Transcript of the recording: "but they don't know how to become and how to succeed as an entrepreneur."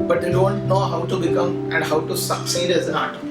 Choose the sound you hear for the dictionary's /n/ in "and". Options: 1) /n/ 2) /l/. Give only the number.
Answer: 1